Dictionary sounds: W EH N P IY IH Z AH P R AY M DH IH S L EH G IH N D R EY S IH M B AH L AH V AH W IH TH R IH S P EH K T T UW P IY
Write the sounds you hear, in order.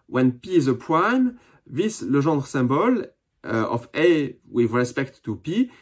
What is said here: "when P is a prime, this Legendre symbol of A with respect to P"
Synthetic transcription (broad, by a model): W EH N P IY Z AH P W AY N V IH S L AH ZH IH D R S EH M B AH L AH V AH W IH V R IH S P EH K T T UW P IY